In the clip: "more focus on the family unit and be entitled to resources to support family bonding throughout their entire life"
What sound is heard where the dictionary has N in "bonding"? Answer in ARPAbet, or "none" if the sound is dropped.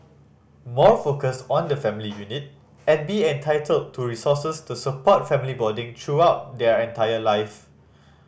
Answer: none